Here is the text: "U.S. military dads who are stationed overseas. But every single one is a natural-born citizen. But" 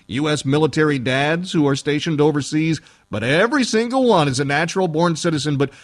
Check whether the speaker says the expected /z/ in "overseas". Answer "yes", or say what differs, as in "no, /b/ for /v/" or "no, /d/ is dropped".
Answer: yes